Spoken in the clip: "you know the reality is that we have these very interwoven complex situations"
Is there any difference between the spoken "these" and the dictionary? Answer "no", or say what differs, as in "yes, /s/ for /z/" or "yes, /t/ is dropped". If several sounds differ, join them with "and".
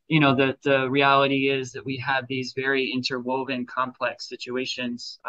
no